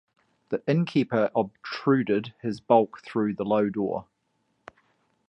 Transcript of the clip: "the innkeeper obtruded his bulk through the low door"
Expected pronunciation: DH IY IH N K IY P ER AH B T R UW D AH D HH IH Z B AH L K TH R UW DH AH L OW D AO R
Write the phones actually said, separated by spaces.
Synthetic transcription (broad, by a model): DH IY IH N K IY P ER AH B T R UW D AH D HH IH Z B AH L K TH R UW DH AH L OW D AO